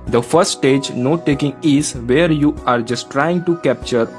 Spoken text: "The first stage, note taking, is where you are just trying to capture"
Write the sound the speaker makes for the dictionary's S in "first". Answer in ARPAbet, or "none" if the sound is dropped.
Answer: none